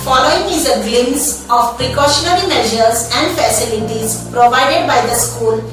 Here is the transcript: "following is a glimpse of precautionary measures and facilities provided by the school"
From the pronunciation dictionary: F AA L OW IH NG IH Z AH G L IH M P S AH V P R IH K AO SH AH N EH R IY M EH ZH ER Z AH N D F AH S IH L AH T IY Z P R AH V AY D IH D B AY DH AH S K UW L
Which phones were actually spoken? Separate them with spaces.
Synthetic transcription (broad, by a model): F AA L OW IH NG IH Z AH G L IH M S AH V P R IH K AO SH AH N EH R IY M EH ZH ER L AH N D F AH S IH L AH T IY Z P R AH V AY D IH D B AY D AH S K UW L